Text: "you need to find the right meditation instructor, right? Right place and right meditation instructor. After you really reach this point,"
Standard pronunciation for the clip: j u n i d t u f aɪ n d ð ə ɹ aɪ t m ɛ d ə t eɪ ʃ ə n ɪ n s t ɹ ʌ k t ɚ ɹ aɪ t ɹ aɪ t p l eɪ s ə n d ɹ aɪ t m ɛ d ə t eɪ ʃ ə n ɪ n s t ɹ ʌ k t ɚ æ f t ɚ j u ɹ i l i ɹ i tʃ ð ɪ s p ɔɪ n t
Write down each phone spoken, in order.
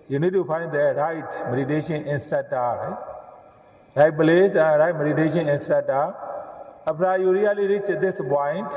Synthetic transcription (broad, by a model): j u n i d t u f aɪ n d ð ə ɹ aɪ t m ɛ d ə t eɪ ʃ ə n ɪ n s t ʌ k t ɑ ɹ aɪ t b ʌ l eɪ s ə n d ɹ aɪ t m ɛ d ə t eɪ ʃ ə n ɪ n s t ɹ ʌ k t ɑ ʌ p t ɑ j u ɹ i l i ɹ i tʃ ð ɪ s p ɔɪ n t